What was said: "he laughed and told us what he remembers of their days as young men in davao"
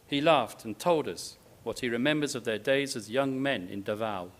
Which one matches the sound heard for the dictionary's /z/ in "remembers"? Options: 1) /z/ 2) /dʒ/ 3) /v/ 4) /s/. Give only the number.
1